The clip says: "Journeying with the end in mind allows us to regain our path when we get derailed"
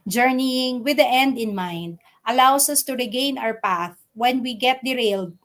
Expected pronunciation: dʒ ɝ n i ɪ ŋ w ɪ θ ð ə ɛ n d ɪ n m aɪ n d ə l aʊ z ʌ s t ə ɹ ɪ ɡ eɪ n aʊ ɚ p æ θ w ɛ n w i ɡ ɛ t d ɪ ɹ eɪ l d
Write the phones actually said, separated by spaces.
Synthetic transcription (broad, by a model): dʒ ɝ n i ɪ ŋ w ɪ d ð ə ɛ n d ɪ n m aɪ n d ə l aʊ s ʌ s t ə ɹ ɪ ɡ eɪ n aʊ ɚ p æ θ w ɛ n w i ɡ ɛ t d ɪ ɹ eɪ l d